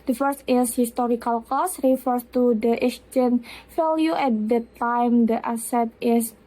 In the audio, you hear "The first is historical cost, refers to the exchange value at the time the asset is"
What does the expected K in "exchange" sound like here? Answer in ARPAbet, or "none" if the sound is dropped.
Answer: none